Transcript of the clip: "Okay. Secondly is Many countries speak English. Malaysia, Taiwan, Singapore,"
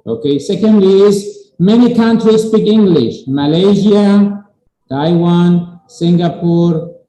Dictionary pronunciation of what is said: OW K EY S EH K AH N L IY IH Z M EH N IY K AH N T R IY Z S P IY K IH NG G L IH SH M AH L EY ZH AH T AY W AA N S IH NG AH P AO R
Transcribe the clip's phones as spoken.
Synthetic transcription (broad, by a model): OW K EY S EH K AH N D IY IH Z M EH N IY K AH N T R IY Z S P IY K IH NG G L IH SH M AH L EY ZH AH T AY W AA N S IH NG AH P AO R